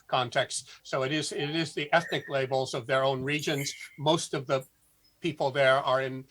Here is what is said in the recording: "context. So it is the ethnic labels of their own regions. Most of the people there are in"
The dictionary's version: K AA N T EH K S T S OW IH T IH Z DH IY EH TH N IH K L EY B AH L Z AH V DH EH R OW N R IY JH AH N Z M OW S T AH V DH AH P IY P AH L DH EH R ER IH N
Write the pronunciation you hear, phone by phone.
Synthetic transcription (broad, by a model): K AA N T EH K S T S OW IH T IH Z DH IY EH TH N IH K L EY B L Z AH V DH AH R OW N R IY JH AH N Z M OW S T AH V DH AH P IY P L DH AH R ER IH N